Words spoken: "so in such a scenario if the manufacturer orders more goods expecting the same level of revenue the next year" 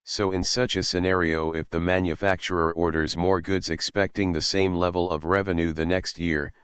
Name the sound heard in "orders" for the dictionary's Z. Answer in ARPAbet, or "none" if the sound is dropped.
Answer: Z